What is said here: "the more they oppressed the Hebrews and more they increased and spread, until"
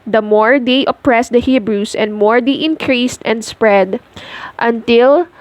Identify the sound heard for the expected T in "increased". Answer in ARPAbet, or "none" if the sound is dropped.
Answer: T